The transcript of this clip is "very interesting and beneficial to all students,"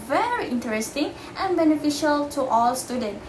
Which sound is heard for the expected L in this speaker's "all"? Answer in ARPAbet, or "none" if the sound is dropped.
L